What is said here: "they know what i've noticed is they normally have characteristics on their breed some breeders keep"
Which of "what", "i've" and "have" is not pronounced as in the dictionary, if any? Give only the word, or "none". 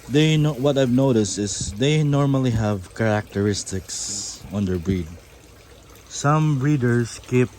none